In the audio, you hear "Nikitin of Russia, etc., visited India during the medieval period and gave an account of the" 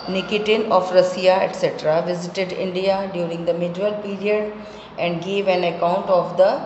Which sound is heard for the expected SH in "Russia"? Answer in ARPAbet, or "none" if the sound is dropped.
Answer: S